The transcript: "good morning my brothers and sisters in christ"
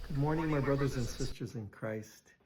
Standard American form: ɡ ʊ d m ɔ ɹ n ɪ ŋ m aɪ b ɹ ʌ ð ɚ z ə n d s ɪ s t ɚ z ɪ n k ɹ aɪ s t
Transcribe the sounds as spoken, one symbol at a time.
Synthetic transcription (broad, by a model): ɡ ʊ d m ɔ ɹ n ɪ ŋ m aɪ b ɹ ʌ ð ɚ z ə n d s ɪ s t ɚ z ɪ n k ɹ aɪ s t